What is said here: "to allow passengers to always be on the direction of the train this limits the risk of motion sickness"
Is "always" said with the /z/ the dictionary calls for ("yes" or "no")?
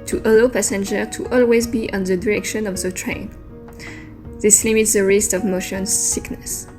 yes